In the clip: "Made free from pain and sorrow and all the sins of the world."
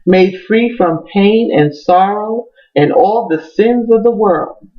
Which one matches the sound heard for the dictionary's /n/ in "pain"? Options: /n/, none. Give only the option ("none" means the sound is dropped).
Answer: /n/